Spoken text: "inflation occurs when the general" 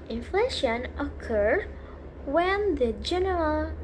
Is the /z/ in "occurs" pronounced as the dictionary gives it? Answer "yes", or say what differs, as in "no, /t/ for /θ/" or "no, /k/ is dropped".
no, /z/ is dropped